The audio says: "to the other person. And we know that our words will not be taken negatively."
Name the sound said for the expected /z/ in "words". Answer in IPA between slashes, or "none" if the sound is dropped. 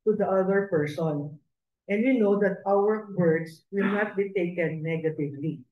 /s/